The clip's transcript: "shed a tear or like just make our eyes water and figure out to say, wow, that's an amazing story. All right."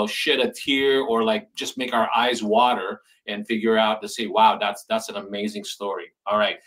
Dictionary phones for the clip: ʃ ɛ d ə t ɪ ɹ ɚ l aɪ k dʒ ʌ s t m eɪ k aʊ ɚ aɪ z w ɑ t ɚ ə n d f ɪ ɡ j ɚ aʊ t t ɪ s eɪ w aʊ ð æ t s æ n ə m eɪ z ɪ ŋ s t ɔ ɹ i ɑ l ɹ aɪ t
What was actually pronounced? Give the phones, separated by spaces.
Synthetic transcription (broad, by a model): ʃ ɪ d ə t ɪ ɹ ɚ l aɪ k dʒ ʌ s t m eɪ k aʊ ɚ aɪ z w ɑ t ɚ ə n f ɪ ɡ j ɚ aʊ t t ɪ s eɪ w aʊ ð æ t s æ n ə m eɪ z ɪ ŋ s t ɔ ɹ i ɑ l ɹ aɪ t